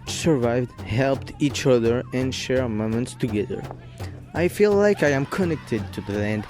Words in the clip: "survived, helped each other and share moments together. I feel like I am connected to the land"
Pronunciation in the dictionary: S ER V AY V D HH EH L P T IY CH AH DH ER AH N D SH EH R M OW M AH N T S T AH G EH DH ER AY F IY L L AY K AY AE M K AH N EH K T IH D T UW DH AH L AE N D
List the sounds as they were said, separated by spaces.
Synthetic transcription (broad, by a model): S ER V AY V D HH EH L P T IY CH AH DH ER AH N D SH EH R M OW M AH N T S T AH G EH DH ER AY F IY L L AY K AY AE M K AH N EH K T IH D T UW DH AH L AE N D